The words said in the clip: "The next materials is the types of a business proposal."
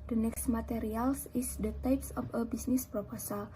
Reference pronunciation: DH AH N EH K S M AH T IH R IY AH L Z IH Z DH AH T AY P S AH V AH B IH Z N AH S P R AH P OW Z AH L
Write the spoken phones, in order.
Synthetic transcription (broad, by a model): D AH N EH K S M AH T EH R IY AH L S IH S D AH T AY P S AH F AH B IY S N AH S P R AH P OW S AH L